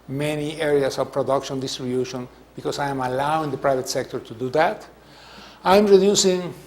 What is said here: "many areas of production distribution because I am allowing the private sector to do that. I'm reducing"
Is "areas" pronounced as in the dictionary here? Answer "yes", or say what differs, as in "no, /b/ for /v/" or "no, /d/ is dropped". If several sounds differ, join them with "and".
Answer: no, /s/ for /z/